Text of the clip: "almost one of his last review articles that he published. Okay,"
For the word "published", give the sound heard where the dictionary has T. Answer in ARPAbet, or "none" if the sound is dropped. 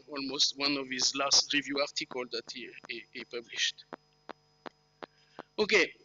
T